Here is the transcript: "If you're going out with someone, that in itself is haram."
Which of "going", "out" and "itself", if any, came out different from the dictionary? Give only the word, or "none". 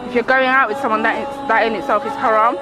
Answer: itself